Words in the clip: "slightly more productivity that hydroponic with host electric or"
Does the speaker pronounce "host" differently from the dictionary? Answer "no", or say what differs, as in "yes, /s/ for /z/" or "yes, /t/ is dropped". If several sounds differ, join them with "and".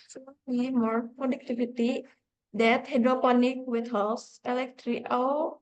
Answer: yes, /t/ is dropped